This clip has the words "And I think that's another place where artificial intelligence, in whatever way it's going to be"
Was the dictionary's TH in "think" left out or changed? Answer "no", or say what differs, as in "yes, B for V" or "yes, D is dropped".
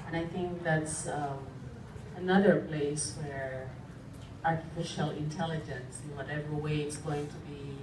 no